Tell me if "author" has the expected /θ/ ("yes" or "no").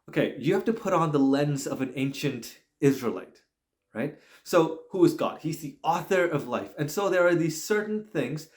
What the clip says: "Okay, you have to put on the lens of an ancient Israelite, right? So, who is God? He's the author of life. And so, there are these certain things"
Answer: yes